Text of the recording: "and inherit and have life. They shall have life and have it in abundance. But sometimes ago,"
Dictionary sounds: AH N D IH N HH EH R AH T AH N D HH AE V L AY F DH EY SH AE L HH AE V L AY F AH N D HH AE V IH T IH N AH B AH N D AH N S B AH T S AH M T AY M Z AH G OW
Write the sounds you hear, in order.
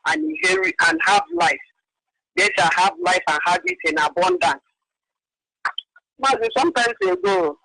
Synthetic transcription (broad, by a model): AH N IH HH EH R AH T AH N HH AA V L AY F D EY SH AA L HH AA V L AY F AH N HH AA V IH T IH N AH B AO N D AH N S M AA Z S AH M T AY M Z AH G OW